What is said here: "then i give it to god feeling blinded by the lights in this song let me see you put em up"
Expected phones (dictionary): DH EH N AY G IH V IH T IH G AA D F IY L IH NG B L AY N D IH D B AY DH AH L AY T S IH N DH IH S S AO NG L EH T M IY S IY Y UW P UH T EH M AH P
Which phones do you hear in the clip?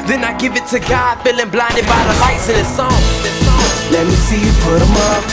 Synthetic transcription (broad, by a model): DH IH N AY G IH V IH T IH G AA D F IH L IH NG B L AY N D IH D B AY DH AH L AY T S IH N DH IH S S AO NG L EH T M IY S IY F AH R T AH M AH